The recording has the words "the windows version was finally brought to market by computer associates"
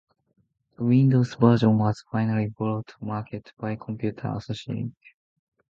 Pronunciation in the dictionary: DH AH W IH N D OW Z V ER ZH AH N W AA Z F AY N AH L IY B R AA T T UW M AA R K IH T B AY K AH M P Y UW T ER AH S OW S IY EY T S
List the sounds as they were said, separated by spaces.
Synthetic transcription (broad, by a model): DH AH W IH N D OW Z B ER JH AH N W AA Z F AY N AH L IY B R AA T T UW M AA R K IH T B AY K AH M P Y UW T ER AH S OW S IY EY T